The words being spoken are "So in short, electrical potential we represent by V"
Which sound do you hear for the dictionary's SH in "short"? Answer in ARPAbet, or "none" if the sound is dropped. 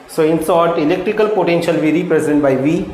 S